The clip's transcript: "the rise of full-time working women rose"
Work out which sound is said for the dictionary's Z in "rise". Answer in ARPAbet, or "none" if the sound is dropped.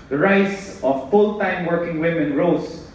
S